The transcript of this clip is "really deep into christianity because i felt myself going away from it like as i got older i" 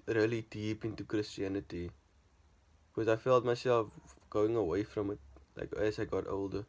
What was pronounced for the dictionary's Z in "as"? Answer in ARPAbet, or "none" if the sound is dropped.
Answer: S